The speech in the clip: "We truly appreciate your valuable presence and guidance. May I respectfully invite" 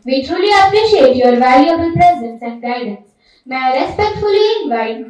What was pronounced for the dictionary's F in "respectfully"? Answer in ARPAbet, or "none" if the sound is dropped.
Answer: F